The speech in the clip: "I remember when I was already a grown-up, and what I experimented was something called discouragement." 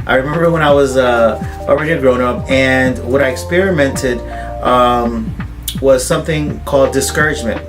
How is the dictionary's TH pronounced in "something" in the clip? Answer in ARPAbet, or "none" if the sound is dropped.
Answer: TH